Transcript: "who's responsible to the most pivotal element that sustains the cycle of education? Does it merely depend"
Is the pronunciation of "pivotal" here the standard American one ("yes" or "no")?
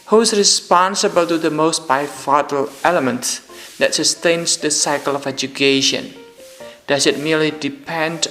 no